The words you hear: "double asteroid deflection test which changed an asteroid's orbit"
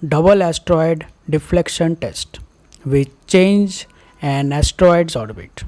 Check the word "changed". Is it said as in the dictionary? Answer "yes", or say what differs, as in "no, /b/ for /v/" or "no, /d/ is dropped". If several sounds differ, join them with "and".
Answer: no, /d/ is dropped